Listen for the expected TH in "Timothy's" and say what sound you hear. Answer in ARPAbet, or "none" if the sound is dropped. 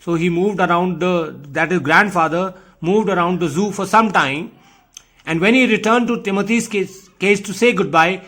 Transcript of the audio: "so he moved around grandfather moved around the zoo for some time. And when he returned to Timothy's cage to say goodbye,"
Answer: T